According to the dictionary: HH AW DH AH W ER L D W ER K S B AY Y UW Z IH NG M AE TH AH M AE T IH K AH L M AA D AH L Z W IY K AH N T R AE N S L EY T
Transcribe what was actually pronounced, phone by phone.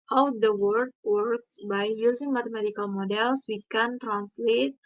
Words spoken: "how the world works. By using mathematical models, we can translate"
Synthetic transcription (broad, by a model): HH AW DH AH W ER D W ER K S B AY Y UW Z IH NG M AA T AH M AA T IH K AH L M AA D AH L S W IY K AH N T R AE N S L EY T